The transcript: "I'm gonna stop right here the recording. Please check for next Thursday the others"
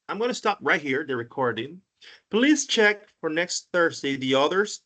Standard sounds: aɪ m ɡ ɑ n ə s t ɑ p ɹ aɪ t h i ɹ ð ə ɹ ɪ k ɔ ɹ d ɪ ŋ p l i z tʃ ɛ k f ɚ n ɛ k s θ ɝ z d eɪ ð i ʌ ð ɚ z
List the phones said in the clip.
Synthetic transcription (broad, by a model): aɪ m ɡ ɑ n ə s t ɑ p ɹ aɪ t h i ɹ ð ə ɹ ɪ k ɔ ɹ d ɪ ŋ p l i z tʃ ɛ k f ɚ n ɛ k s θ ɝ z d eɪ ð i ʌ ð ɚ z